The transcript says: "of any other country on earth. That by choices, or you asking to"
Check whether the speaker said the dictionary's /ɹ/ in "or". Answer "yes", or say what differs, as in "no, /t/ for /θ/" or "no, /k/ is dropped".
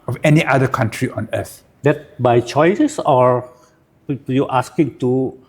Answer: yes